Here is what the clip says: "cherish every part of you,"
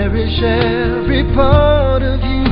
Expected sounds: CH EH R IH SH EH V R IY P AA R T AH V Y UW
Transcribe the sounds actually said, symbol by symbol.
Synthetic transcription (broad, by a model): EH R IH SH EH R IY P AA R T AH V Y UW